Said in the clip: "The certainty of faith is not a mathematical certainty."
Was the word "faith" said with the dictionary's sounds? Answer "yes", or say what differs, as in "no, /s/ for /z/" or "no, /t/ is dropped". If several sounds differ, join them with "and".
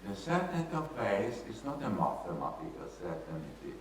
no, /s/ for /θ/